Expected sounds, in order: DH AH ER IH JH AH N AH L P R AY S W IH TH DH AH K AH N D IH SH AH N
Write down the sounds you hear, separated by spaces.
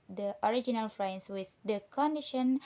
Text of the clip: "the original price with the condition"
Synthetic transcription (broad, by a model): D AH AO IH JH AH N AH L F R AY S W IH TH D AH K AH N D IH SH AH N